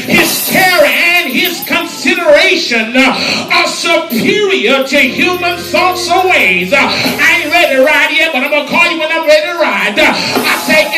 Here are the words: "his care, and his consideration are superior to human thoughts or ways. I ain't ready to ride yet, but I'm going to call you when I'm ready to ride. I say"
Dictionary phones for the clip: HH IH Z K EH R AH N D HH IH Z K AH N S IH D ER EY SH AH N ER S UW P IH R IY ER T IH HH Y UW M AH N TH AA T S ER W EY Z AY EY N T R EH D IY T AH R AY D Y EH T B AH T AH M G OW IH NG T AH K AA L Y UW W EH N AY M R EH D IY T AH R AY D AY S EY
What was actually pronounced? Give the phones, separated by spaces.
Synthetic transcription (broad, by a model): HH IH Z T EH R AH N IH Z K AH N S IH D ER EY SH AH N ER S UW P IH R IY ER T IH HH Y UW M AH N TH AA T S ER W EY Z AY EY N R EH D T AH R AY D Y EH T B AH T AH IH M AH K AA L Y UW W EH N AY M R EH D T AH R AY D AY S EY